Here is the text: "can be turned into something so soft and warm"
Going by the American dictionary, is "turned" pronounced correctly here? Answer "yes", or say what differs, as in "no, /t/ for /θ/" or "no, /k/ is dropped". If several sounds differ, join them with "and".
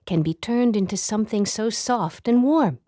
yes